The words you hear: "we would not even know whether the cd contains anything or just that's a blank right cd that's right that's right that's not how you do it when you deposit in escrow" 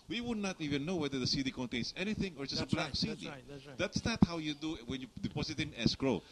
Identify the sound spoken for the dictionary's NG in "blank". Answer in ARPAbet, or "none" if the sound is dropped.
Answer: none